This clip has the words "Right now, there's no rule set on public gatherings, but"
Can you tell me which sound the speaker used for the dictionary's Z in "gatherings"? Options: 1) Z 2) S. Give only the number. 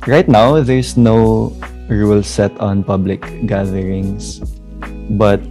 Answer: 2